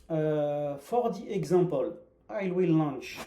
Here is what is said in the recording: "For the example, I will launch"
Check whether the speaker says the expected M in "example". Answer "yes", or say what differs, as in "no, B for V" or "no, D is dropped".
no, M is dropped